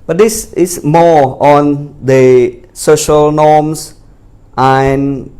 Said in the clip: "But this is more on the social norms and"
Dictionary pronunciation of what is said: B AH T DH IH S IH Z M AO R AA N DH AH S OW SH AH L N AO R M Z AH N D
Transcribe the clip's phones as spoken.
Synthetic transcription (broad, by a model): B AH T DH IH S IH S M AO AA N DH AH S OW SH AH L N AO M S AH N